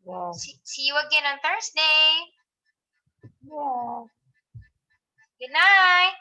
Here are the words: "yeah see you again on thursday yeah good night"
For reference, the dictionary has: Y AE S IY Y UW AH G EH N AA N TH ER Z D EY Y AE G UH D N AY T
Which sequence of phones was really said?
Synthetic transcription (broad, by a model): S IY S IY Y UW AH G EH N AA N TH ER S D EY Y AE G UH D N AY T